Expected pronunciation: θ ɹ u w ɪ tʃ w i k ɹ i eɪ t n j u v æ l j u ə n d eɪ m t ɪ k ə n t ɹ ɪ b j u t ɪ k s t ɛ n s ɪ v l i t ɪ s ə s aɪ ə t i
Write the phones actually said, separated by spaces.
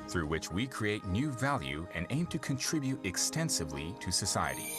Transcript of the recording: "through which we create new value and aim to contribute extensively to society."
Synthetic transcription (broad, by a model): θ ɹ u w ɪ tʃ w i k ɹ i eɪ t n j u v æ l j u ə n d eɪ m t ɪ k ə n t ɹ ɪ b j u t ɪ k s t ɛ n s ɪ v l i t ɪ s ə s aɪ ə t i